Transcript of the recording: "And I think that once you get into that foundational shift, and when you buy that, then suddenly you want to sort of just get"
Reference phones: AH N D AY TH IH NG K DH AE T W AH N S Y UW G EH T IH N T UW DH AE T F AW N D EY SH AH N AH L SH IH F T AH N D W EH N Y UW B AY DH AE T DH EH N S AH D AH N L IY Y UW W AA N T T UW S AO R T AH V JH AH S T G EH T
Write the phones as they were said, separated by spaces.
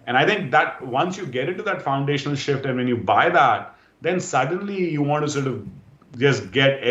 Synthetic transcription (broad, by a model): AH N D AY T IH NG K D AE T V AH N S Y UW G EH T IH N T UW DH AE T F AW N D EY SH AH N AH L SH IH F T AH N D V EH N Y UW B AY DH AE T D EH N S AH D AH N L IY Y UW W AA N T T UW S AO R T AH V JH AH S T G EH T